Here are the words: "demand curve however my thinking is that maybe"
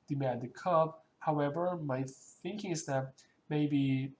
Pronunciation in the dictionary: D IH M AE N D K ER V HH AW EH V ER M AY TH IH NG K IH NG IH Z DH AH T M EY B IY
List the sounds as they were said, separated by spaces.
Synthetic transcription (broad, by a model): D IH M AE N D K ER B HH AW EH V ER M AY TH IH NG K IH NG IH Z DH AH T M EY B IY